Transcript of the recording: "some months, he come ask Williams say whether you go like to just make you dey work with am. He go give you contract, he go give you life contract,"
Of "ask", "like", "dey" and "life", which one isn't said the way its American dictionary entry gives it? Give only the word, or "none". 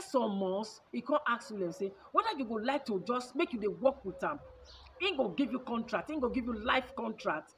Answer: ask